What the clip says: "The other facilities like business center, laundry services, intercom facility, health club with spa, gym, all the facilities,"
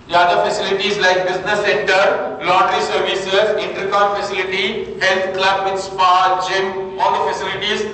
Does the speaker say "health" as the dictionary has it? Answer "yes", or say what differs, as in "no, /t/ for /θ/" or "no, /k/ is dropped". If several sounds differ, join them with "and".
no, /t/ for /θ/